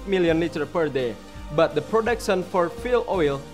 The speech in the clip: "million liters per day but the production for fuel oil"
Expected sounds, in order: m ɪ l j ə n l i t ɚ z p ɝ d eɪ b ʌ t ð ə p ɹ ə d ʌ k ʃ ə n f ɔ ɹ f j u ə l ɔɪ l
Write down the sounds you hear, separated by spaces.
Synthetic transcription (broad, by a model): m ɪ l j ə n l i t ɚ p ɝ d eɪ b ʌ t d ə p ɹ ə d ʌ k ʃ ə n f ɔ ɹ f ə l ɔɪ l